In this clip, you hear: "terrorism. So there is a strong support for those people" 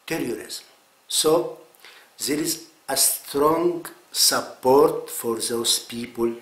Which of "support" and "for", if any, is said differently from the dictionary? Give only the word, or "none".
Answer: none